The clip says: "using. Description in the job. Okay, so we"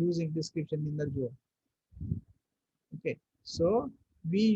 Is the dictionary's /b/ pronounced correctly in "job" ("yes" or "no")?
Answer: no